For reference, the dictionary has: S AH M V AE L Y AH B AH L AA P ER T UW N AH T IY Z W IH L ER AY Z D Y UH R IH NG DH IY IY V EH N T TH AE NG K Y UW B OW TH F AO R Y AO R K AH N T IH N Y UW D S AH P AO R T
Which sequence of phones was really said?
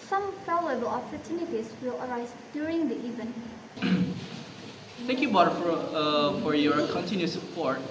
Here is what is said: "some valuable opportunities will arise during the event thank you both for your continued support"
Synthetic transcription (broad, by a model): S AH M P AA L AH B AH L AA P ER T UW N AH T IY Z W IH L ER AY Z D Y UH R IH NG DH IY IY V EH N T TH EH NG K Y UW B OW F F AO R Y AO R K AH N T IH N Y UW S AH P AO R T